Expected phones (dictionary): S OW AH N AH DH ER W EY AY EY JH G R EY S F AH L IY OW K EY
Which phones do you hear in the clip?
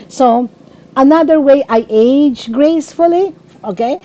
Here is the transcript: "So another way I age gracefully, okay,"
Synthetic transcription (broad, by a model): S OW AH N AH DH ER W EY AY EY JH G R EY S F AH L IY OW K EY